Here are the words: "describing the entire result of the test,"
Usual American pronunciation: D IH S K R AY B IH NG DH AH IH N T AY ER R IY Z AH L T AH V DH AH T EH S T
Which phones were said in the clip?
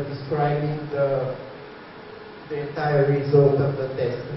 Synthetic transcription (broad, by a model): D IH S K R AY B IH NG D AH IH N T AY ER R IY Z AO T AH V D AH T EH S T